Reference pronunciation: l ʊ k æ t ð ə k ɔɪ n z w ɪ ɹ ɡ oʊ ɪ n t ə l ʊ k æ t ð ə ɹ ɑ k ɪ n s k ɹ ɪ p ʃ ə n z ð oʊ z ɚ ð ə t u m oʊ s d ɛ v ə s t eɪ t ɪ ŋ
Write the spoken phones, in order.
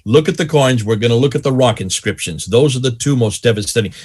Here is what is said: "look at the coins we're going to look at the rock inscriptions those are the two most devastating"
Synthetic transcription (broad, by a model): l ʊ k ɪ t ð ə k ɔɪ n z w ɪ ɹ ɡ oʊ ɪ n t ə l ʊ k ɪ t ð ə ɹ ɑ k ɪ n s k ɹ ɪ p ʃ ə n z ð oʊ z ɚ ð ə t u m oʊ s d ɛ v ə s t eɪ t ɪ